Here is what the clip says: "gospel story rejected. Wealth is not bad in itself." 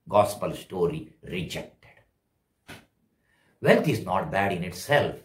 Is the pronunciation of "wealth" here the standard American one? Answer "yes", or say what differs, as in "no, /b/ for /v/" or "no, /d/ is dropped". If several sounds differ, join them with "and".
no, /t/ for /θ/